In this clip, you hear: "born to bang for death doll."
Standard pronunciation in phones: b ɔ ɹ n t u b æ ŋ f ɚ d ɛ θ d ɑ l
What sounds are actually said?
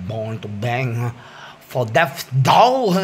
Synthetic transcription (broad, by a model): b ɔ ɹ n t u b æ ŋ f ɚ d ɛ f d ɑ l